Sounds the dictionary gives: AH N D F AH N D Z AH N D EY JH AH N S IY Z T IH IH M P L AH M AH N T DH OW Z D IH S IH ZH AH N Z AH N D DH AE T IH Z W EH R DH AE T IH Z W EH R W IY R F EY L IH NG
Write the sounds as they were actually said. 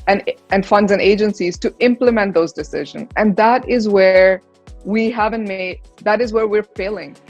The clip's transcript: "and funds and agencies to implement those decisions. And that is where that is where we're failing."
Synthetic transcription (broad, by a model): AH N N F AH N D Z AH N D EY JH AH N S IY Z T IH IH M P L AH M AH N T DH OW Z D IH S IH ZH AH N Z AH N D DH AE T IH Z W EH R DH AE T IH Z W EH R W IY R F EY L IH NG